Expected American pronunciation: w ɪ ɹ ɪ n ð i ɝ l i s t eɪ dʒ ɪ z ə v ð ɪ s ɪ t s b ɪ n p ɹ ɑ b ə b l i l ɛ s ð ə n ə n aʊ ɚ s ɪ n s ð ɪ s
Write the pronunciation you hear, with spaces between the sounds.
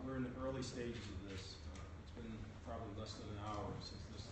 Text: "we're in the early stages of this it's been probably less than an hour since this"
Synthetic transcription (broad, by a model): w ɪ ɹ ɪ n ð i ɝ l i s t eɪ dʒ ɪ z ə v ð ɪ s ɪ t s b ɪ n p ɹ ɑ b ə b l i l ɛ s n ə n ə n aʊ ɚ s ɪ n s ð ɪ s